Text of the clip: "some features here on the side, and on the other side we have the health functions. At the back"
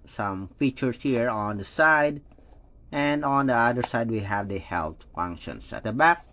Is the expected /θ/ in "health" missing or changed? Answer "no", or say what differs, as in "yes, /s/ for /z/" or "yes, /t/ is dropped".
yes, /t/ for /θ/